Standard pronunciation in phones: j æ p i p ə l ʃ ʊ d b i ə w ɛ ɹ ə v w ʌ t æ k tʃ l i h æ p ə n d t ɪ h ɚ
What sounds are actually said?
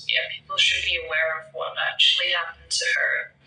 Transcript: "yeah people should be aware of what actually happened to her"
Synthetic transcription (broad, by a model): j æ p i p l ʃ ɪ d b i ə w ɛ ɹ ə v w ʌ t æ k tʃ l i h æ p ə n t ɪ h ɚ